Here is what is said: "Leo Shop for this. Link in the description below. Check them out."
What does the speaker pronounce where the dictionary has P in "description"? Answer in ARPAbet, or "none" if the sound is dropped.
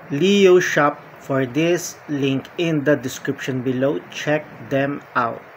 P